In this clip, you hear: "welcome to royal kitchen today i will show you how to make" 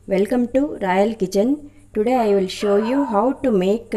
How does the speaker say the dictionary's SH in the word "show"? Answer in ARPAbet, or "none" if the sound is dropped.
SH